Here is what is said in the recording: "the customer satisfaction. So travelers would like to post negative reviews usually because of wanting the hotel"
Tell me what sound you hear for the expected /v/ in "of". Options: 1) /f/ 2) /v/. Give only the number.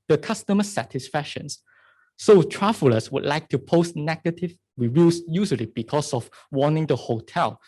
1